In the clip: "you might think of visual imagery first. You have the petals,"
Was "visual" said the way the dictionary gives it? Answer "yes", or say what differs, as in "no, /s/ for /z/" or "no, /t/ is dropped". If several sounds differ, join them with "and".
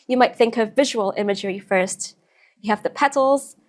yes